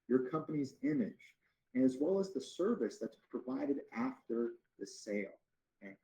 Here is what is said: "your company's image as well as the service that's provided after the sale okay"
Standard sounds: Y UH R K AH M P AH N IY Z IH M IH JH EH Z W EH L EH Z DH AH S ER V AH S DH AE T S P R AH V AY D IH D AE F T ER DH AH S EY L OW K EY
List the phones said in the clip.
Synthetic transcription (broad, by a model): Y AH R K AH M P AH N IY Z IH M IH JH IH Z W EH L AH Z DH AH S ER V AH S DH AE T S P R AH V AY D IH D AE F T ER DH AH S EY L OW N